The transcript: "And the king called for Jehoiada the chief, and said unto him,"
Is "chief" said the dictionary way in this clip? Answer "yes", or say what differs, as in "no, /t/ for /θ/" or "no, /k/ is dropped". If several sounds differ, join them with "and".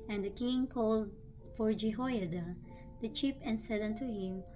no, /p/ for /f/